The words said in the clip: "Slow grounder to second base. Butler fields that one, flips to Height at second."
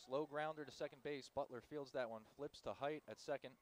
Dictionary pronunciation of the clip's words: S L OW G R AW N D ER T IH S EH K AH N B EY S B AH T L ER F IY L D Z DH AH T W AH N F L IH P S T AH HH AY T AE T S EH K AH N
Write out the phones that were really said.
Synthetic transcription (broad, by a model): S L OW G R AW N D ER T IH S EH K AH N B EY S B AH T L ER F IY L D Z DH AH T W AH N F L IH P S T AH HH AY T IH T S EH K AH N